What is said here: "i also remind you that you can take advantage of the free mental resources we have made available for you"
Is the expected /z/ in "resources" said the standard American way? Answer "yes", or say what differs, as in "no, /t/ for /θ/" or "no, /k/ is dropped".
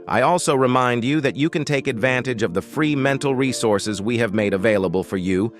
yes